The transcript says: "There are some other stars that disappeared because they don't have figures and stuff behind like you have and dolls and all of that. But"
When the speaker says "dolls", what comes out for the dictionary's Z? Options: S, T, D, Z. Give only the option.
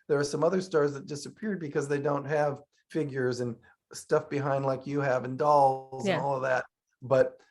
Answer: Z